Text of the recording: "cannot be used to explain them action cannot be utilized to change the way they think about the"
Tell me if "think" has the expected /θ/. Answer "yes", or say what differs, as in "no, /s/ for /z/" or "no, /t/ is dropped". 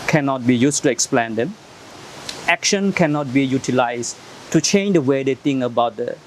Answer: no, /t/ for /θ/